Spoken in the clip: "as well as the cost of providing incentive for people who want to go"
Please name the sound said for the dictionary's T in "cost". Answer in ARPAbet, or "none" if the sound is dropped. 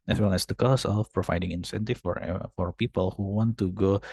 none